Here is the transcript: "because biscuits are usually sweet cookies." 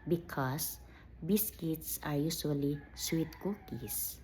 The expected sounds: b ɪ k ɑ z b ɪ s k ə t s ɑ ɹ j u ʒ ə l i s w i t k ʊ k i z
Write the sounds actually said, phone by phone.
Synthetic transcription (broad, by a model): b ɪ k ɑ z b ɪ s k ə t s ɑ ɹ j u s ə l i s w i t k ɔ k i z